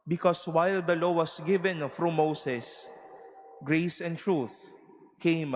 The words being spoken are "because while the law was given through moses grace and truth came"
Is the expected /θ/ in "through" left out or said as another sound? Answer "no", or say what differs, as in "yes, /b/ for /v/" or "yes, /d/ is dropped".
yes, /f/ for /θ/